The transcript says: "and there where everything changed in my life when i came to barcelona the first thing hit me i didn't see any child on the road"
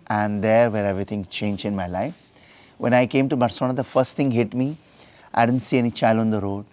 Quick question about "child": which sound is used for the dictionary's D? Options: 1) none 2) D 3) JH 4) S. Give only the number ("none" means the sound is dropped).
1